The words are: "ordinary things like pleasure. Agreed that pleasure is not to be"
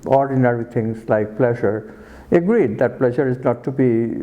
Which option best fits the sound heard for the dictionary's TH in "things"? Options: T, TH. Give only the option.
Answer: T